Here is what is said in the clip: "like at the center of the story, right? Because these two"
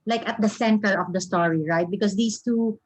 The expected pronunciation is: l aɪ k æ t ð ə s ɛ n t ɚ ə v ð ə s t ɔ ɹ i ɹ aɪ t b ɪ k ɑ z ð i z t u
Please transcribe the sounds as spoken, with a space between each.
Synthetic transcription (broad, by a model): l aɪ k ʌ t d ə s ɛ n t ɚ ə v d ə s t ɔ ɹ i ɹ aɪ t b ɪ k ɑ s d i s t u